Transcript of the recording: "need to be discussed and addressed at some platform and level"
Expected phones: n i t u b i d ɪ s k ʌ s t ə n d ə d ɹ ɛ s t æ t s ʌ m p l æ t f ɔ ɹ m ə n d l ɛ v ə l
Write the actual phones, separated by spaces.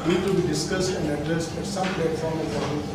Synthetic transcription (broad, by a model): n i t u b i d ɪ s k ʌ s t ə n d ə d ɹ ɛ s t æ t s ʌ m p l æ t f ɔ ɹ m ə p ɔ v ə